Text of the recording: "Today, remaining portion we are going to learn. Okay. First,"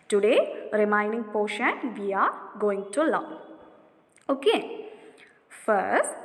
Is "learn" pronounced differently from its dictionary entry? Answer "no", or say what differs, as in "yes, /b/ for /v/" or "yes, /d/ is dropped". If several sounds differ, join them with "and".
yes, /n/ is dropped